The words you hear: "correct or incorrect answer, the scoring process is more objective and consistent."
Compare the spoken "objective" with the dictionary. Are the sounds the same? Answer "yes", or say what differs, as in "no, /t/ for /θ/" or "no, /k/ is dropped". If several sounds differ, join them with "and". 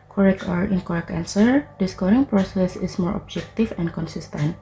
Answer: no, /f/ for /v/